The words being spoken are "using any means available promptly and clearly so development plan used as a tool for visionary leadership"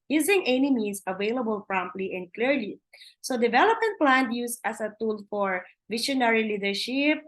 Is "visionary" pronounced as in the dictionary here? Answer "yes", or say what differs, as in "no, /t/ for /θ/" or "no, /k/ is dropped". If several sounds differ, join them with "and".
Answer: no, /ʃ/ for /ʒ/